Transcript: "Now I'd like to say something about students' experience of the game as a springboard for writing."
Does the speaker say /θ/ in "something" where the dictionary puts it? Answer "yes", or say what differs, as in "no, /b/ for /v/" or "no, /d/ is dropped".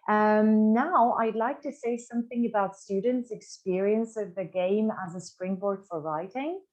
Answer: yes